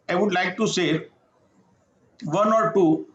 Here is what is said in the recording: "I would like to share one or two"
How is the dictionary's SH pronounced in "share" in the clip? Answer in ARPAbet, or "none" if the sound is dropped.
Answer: S